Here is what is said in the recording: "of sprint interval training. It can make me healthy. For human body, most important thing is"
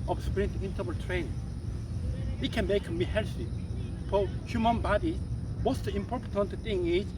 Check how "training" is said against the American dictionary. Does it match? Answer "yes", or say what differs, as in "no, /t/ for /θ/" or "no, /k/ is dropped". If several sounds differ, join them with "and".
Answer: no, /n/ is dropped